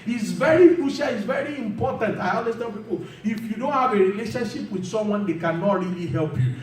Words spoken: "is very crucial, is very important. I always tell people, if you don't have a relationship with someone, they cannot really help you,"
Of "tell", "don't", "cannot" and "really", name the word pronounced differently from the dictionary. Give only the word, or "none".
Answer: tell